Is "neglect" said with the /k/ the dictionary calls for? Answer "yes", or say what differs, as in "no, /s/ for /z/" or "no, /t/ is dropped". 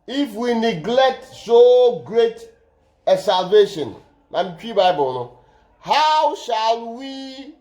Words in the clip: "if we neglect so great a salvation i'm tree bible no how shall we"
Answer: yes